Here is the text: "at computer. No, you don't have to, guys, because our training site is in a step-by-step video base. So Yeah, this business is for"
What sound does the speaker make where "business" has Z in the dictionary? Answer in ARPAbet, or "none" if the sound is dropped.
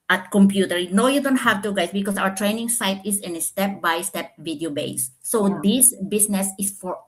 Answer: S